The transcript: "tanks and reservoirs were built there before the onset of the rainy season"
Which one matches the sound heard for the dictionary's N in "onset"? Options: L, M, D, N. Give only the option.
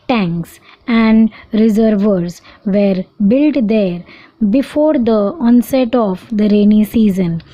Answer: N